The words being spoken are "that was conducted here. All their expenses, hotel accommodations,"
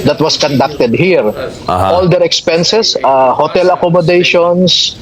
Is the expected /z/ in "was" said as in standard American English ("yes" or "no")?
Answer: no